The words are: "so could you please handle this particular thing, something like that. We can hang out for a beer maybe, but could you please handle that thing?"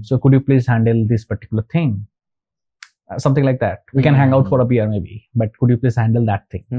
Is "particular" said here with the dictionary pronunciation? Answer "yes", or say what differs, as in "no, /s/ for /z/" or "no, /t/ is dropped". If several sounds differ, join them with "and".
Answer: yes